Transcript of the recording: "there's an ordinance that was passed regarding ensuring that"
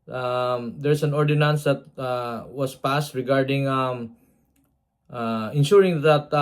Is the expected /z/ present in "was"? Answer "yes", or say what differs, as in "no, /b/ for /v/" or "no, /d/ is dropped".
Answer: no, /s/ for /z/